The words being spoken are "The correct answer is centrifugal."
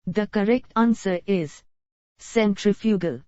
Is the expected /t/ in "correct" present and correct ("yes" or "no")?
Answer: yes